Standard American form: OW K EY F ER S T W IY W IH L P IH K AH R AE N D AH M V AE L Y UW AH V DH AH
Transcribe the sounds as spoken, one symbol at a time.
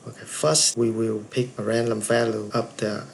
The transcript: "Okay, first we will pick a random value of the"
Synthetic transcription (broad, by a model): OW K EY F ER S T W IY W IH L P IH K AH R AE N D AH M V AE L Y UW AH P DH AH